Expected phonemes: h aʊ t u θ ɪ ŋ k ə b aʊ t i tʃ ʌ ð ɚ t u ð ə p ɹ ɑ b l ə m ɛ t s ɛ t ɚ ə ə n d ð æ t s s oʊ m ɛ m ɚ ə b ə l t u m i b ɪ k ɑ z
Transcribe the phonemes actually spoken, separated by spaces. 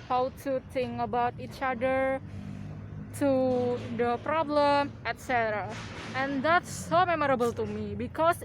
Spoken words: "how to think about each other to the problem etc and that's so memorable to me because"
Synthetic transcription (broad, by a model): h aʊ t u t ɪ ŋ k ə b aʊ t i tʃ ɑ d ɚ t u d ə p ɹ ɑ b l ə m ɛ t s ɛ t ɚ ə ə n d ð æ t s s oʊ m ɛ m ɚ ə b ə l t u m i b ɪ k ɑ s